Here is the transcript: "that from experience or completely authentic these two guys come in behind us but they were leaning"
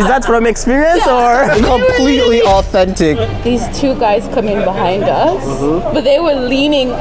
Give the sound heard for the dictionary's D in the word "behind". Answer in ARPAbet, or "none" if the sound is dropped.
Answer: D